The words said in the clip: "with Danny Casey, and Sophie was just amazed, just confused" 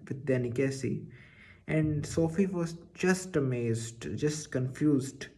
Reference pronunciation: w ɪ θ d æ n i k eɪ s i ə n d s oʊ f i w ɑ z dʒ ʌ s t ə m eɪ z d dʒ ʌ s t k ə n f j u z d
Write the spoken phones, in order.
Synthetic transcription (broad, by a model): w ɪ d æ n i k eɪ s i ə n d s oʊ f i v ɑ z dʒ ʌ s t ə m eɪ z d dʒ ʌ s t k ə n f j u z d